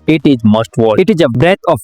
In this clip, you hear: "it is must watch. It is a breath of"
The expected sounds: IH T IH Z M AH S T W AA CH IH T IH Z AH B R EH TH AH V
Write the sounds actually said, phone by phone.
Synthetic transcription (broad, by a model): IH T IH Z M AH S T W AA IH T IH Z AH B R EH T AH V